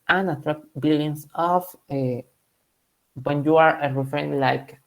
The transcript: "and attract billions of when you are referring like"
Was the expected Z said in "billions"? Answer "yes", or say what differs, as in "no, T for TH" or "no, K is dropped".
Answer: no, S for Z